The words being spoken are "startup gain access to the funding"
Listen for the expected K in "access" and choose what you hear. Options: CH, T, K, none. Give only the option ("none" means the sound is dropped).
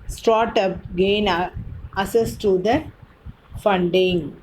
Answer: none